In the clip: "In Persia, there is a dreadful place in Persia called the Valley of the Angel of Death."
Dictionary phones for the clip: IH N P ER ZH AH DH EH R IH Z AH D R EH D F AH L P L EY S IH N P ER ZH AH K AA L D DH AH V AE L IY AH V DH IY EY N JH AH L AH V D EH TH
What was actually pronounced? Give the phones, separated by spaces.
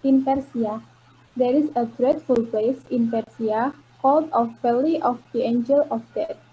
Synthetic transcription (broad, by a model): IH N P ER S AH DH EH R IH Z AH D R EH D F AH L P L EY S IH N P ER S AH K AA L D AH F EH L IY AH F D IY EY N JH AH L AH F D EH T